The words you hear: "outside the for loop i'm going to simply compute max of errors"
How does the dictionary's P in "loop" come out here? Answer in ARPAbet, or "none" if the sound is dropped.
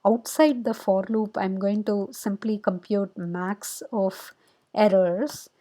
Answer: P